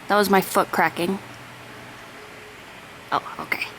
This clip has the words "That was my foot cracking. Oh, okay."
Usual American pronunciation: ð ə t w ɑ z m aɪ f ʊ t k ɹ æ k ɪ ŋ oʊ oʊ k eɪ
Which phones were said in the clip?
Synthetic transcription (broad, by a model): ð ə t w ɑ z m aɪ f ʊ t k ɹ æ k ɪ ŋ oʊ oʊ k eɪ